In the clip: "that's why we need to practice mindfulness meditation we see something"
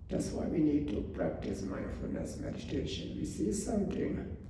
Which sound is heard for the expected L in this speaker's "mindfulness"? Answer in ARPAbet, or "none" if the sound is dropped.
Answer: none